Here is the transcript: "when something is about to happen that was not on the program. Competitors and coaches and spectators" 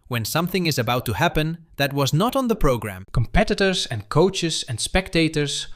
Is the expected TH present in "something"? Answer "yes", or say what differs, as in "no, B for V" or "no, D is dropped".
yes